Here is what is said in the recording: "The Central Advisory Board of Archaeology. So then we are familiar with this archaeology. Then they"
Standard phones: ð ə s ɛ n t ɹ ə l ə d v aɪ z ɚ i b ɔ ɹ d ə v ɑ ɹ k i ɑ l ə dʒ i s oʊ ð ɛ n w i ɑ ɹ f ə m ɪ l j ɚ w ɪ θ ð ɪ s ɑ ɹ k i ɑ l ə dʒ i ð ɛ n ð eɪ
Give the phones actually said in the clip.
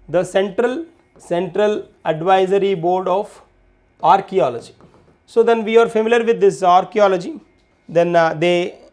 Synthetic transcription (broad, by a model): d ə s ɛ n t ɹ ə l ə d v aɪ z ɚ i b ɔ ɹ d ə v ɑ ɹ k i ɑ l ə dʒ i s oʊ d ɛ n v i ɑ ɹ f ə m ɪ l j ɚ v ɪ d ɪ s ɑ ɹ k i ɑ l ə dʒ i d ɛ n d eɪ